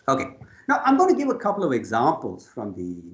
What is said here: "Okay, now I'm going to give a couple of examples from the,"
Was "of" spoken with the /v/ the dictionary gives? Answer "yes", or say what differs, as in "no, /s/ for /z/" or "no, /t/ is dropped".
yes